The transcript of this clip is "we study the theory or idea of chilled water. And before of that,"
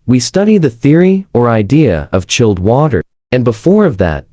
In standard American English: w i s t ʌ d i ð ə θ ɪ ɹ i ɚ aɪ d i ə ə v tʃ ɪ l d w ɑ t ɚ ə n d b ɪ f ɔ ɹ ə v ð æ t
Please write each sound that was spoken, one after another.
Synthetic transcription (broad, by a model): w i s t ʌ d i ð ə θ ɪ ɹ i ɚ aɪ d i ə ə v tʃ ɪ l d w ɑ t ɚ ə n b ɪ f ɔ ɹ ə v ð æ t